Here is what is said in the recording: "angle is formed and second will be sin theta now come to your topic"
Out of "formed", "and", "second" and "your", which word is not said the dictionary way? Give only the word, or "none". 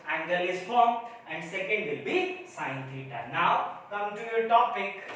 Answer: formed